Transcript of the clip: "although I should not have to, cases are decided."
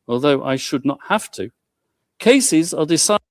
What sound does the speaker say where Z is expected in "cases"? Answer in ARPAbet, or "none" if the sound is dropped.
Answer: Z